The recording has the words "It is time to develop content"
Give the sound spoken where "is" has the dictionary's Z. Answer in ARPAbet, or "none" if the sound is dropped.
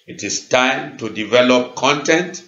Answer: S